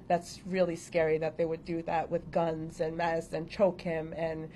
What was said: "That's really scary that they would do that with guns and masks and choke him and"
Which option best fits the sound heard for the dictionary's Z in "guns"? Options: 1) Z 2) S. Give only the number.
1